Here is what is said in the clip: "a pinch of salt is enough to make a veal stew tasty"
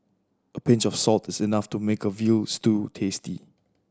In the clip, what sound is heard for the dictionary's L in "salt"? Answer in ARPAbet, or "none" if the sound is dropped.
L